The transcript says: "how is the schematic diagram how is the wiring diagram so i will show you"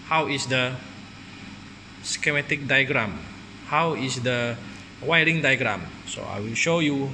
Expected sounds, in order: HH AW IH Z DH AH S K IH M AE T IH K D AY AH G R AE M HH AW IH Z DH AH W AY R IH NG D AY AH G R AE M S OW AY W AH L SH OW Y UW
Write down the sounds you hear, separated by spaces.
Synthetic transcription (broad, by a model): HH AW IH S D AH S K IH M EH T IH K D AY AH G R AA M HH AW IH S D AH W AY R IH NG D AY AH G R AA M S OW AY W AH L SH OW Y UW